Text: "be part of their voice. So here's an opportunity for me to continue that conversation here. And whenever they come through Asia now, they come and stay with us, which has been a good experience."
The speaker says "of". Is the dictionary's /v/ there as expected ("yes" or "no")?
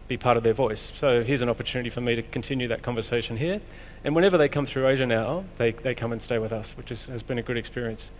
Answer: yes